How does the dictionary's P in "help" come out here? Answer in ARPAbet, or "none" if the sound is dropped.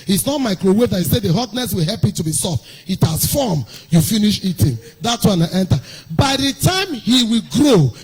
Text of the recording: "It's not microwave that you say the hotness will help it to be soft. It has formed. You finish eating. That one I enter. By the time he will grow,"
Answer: P